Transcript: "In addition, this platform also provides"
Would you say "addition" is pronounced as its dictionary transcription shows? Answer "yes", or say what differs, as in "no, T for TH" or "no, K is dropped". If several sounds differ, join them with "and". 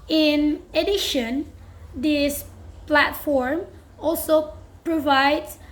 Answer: yes